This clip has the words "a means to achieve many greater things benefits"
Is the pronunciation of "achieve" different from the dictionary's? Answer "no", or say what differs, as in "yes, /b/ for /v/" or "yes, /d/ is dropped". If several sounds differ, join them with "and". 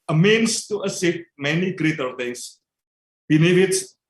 yes, /s/ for /tʃ/